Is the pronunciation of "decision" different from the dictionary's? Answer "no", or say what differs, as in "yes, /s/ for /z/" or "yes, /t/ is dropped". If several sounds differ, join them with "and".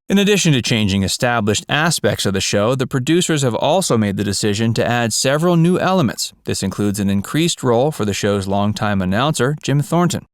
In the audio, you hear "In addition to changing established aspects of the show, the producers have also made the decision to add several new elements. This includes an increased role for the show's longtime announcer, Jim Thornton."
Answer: no